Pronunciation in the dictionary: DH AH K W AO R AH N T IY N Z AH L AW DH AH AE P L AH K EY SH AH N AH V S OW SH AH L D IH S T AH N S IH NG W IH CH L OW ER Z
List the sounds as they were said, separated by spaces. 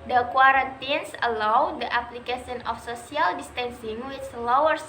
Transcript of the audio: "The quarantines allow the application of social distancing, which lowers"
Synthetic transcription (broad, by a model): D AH K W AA R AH N T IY N S AH L AW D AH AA P L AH K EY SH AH N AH F S OW S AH L D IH S T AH N S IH NG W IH S L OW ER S